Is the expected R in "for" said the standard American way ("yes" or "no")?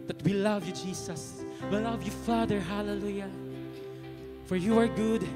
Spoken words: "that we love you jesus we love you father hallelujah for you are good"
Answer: yes